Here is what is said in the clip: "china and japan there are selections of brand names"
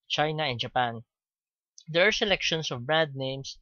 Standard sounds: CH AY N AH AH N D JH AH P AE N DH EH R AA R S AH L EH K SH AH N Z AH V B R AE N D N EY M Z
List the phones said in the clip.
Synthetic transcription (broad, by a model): CH AY N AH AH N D JH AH P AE N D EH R AA R S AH L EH K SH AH N S AH V B R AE N D N EY M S